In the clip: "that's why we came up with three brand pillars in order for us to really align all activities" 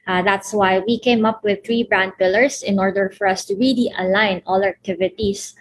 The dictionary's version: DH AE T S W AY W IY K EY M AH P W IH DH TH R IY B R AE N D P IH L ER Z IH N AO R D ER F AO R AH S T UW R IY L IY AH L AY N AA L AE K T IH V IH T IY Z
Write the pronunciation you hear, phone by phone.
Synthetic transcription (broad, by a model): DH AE T S W AY W IY K EY M AH P W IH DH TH R IY B R AE N D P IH L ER S IH N AO R D ER F AO R AH S T UW R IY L IY AH L AY N AA L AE K T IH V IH T IY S